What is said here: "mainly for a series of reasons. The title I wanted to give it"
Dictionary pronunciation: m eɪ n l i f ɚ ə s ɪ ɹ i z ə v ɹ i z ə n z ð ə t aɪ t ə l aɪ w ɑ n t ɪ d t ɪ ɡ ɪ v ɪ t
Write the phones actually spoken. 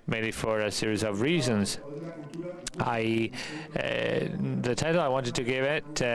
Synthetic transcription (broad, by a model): m eɪ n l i f ɚ ə s ɪ ɹ i z ə v ɹ i z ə n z ð ə t aɪ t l aɪ w ɑ n t ɪ d t ɪ ɡ ɪ v ɪ t